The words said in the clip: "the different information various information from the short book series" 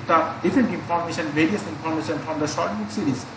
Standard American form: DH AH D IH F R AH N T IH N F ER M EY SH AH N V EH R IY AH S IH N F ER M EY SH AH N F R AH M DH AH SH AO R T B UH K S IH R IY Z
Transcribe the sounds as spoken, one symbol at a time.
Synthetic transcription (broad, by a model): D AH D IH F AH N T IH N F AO M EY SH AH N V EH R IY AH S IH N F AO M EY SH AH N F R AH M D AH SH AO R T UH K S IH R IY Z